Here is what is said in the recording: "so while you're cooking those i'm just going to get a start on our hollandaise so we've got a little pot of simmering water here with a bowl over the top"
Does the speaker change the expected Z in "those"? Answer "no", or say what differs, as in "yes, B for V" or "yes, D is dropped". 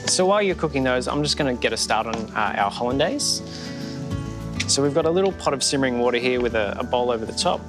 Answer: no